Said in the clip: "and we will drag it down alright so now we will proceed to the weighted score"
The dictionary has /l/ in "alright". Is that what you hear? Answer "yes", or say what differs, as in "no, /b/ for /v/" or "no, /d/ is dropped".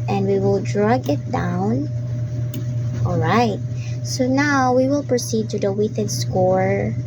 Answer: yes